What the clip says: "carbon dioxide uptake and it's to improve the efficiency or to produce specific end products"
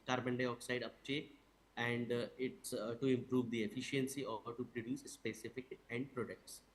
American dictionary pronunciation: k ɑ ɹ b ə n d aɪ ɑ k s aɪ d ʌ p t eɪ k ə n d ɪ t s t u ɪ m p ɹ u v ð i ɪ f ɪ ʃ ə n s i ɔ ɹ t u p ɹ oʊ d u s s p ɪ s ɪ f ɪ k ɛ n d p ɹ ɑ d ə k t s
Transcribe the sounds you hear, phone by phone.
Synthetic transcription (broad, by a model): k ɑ ɹ b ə n d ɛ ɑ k s aɪ d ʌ p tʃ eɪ ə n d ɪ t s t u ɪ m p ɹ u v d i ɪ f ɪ ʃ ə n s i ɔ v t u p ɹ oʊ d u s s p ɪ s ɪ f ɪ k ɛ n d p ɹ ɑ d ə k t s